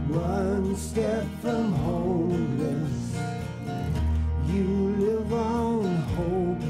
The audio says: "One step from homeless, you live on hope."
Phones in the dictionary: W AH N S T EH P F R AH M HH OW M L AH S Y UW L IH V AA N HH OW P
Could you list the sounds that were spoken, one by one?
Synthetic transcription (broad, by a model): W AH N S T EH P F R AH M HH OW L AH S Y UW L IH V AA N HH OW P